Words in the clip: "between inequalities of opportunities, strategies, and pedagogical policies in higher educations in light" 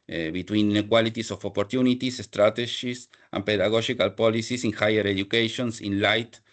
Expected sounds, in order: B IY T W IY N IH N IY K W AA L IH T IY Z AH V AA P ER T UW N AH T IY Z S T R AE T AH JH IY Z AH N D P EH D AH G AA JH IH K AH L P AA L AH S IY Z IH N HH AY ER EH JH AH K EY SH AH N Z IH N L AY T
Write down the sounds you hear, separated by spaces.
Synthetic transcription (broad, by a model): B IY T W IY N N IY K W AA L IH T IY S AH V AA P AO T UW N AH T IY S S T R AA T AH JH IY S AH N P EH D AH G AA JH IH K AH L P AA L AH S IY S IH N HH AY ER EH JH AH K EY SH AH N S IH N L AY T